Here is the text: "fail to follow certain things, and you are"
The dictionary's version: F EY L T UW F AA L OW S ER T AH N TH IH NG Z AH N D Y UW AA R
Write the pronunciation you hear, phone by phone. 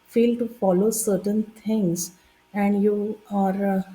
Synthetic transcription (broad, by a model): F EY L T UW F AA L OW S ER T AH N T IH NG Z AH N D Y UW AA R